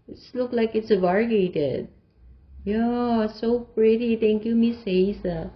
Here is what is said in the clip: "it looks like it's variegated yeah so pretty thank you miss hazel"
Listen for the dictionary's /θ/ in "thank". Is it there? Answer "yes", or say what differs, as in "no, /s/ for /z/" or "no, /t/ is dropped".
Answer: no, /t/ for /θ/